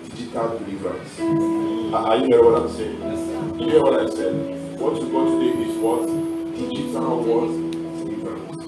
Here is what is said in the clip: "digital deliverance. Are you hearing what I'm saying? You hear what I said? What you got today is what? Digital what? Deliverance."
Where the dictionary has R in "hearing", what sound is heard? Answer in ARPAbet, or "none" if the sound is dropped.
none